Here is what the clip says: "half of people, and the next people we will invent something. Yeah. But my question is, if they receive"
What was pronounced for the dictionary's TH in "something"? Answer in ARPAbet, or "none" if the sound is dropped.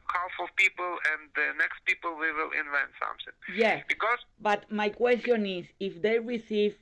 S